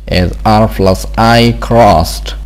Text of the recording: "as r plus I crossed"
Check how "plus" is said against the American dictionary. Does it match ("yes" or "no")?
no